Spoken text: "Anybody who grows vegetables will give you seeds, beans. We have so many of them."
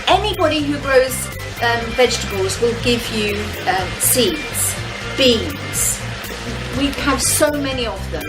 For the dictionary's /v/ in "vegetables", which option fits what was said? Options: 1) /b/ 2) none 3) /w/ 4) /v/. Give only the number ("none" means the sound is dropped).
4